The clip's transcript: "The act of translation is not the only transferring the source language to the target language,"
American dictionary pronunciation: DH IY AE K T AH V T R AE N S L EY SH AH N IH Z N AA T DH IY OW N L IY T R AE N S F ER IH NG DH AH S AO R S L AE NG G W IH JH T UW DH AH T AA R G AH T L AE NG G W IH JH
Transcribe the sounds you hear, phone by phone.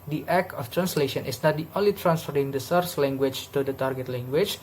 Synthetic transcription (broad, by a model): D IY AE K AH F T R AE N S L EY SH AH N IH S N AA T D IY OW N L IY T R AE N S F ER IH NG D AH S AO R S L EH NG G W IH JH T UW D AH T AA R G AH T L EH NG G W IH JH